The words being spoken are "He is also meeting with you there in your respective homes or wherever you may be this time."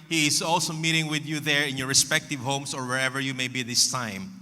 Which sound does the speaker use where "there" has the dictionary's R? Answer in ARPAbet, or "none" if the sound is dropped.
R